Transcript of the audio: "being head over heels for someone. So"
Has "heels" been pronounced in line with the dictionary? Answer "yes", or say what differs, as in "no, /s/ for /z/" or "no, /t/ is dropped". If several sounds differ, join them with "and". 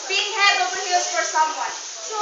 no, /l/ is dropped